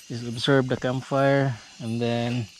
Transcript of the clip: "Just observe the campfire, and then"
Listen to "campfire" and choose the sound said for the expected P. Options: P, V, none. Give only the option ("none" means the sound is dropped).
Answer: none